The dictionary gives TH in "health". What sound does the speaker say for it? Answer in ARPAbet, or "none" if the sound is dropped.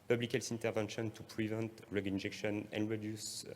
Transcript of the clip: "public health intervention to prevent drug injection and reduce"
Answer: S